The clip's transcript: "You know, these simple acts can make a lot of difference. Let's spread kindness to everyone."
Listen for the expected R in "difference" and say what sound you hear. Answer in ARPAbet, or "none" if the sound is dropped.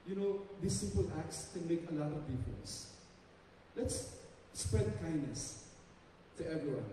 none